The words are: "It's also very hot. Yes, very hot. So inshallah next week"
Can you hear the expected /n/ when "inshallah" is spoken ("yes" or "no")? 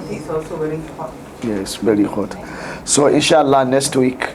yes